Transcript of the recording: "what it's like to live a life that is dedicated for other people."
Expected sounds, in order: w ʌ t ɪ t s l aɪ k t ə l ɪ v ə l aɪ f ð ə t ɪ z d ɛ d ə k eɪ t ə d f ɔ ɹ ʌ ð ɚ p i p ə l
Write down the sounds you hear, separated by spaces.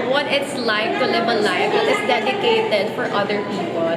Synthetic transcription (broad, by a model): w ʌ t ɪ t s l aɪ k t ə l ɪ b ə l aɪ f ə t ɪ s d ɛ d ə k eɪ t ə d f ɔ ɹ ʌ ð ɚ p i p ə l